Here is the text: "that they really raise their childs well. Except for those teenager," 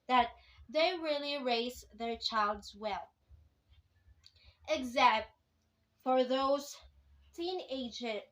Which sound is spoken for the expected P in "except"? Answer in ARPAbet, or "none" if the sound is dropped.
none